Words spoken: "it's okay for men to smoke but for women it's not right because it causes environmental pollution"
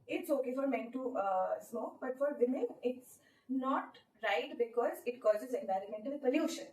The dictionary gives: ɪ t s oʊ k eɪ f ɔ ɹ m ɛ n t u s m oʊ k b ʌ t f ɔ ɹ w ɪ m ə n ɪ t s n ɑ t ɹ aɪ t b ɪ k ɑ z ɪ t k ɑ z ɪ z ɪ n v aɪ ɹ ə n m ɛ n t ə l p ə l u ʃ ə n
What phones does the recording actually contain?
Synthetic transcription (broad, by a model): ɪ t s oʊ k eɪ f ɔ ɹ m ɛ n t u s m oʊ k b ʌ t f ɔ ɹ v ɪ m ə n ɪ t s n ɑ t ɹ aɪ t b ɪ k ɑ z ɪ t k ɑ z ɪ z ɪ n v aɪ ɹ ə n m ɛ n t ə l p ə l u ʃ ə n